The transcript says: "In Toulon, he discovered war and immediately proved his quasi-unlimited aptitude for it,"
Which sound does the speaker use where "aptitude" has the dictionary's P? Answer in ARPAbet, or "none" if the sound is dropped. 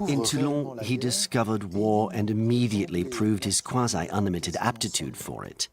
P